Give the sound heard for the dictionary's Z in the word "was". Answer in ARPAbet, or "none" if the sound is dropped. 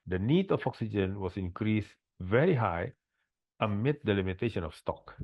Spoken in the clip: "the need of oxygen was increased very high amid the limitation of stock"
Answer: S